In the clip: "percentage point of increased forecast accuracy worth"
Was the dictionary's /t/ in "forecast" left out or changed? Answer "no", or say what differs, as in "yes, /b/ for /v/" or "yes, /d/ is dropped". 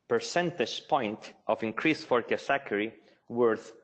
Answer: yes, /t/ is dropped